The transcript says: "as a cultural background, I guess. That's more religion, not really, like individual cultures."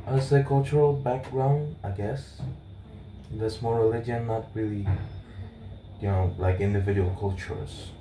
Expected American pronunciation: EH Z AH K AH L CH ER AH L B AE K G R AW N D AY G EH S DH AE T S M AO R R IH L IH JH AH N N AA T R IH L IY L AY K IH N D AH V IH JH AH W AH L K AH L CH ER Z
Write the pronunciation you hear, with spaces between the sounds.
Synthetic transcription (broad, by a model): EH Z AH K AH L CH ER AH L B AE K G R AW N D AY G EH S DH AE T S M AO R R IH L IH JH AH N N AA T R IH L IY L AY K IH N D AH V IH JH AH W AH L K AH L CH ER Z